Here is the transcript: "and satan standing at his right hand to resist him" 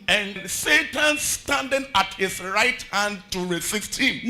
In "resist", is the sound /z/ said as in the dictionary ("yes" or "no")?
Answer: no